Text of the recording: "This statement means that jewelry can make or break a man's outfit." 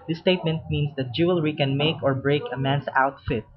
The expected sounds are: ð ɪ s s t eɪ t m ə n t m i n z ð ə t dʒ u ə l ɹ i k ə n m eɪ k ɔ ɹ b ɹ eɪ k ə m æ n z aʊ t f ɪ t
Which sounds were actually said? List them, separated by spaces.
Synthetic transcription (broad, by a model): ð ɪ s s t eɪ t m ə n t m i n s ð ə t dʒ u ə l ɹ i k ə n m eɪ k ɔ ɹ b ɹ eɪ k ə m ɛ n s aʊ t f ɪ t